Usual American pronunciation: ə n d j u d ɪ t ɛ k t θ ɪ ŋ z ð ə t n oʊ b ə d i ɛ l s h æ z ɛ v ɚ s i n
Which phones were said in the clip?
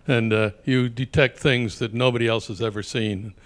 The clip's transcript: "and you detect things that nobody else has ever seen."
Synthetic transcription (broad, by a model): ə n j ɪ d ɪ t ɛ k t θ ɪ ŋ z ð ə t n oʊ b ə d i ɛ l s h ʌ z ɛ v ɚ s i n